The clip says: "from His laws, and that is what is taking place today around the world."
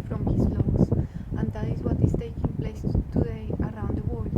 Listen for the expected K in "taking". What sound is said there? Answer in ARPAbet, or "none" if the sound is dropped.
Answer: K